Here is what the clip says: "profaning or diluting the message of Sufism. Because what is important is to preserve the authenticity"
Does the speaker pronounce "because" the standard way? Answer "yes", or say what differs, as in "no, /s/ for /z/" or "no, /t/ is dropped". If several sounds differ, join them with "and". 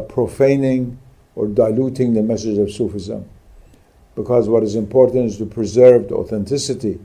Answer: yes